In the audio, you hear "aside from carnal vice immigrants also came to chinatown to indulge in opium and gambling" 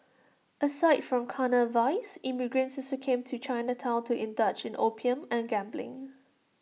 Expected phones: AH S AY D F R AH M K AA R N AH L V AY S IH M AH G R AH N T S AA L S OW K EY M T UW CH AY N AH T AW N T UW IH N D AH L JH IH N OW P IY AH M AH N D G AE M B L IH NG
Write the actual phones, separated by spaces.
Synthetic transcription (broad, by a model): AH S AY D F R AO M K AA N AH V AY S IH M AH G R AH N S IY S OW K EY M T UW CH AY N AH T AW L T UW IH N D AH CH IH N OW P IY AH M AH N G AE M B L IH NG